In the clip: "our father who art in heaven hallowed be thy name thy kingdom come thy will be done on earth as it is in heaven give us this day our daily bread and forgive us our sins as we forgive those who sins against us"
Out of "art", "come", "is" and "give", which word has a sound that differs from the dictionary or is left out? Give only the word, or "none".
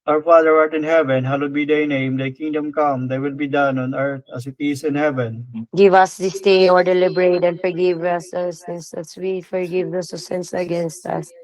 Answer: is